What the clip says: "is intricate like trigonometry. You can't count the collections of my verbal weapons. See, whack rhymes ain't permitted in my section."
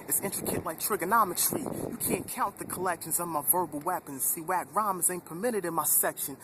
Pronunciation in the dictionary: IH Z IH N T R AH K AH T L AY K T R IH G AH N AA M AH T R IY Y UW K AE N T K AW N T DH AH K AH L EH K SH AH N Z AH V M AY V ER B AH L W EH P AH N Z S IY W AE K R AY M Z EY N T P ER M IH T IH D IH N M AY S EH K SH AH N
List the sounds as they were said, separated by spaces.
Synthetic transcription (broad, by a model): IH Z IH N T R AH K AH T L AY K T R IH G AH N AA M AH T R IY Y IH K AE N K AW N DH AH K AH L EH K SH AH N Z AH V M AY V ER B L W EH P AH N Z S IY W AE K R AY M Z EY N P ER M IH T IH D IH N M AY S EH K SH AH N